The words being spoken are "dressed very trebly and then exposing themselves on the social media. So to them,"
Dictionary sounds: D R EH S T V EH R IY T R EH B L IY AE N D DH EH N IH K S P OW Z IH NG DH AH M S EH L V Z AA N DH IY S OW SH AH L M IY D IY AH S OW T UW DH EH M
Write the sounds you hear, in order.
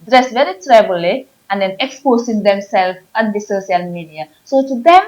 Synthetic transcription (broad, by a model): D R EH S V EH R IY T R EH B L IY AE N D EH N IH K S P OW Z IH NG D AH M S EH L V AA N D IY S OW S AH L M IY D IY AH S OW T UW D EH M